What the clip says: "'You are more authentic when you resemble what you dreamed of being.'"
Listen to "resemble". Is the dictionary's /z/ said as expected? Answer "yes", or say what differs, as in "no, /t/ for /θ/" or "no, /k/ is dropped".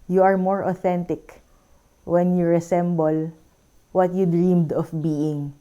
no, /s/ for /z/